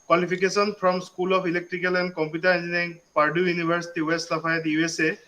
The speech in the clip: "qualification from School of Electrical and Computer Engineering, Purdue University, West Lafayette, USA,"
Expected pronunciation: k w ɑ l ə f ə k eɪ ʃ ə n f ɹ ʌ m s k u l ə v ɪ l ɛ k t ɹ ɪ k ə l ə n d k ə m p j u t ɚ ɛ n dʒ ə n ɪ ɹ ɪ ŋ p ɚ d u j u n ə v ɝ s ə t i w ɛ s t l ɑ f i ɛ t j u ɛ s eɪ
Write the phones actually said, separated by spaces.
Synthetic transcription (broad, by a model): k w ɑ l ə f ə k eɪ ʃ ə n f ɹ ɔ m s k u l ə p ɪ l ɛ k t ɹ ɪ k ə l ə n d k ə m p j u t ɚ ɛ n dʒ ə n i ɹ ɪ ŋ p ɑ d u j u n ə b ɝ s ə t i w ɛ s t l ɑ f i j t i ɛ s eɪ